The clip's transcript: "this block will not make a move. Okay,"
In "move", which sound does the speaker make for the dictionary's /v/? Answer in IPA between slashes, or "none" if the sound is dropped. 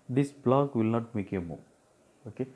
none